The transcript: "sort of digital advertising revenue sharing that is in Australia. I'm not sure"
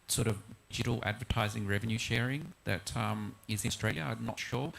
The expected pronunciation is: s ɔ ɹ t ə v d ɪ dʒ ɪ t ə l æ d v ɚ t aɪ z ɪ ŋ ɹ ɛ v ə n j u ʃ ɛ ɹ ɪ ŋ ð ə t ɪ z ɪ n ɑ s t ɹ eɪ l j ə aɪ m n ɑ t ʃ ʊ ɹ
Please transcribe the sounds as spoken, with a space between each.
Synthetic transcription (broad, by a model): s ɔ ɹ t ə v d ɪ dʒ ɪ t l æ d v ɚ t aɪ z ɪ ŋ ɹ ɛ v ə n j u ʃ ɛ ɹ ɪ ŋ ð ə t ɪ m ɪ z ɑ s t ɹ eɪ l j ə aɪ m n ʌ t ʃ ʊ ɹ